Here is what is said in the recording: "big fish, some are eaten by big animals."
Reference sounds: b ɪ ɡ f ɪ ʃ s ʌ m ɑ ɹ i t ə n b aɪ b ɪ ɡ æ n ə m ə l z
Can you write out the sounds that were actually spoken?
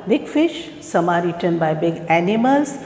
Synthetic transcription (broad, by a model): b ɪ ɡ f ɪ ʃ s ʌ m ɑ ɹ i t ə n b aɪ b ɪ ɡ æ n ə m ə l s